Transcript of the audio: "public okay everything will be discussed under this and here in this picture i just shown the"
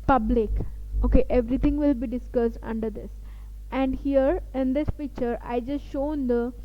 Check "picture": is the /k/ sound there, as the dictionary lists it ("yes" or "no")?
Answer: no